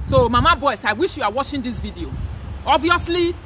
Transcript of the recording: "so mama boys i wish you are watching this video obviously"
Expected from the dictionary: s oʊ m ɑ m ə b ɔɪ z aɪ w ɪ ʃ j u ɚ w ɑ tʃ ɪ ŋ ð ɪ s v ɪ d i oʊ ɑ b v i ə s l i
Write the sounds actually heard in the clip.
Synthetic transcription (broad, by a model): s oʊ m ɑ m ə b ɔɪ s aɪ w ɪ ʃ j u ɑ w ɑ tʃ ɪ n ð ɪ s v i d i oʊ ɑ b v i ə s l i